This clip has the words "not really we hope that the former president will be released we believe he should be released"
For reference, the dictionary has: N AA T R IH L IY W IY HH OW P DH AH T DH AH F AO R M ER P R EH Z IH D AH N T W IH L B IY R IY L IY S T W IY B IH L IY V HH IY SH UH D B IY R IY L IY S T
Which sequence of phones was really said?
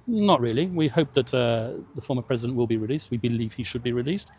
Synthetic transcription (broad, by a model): N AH T R IH L IY W IY HH OW P DH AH T DH AH F AO M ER P R EH Z IH D AH N T W IH L B IY R IY L IY S T W IY B IH L IY V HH IY SH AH D B IY R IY L IY S T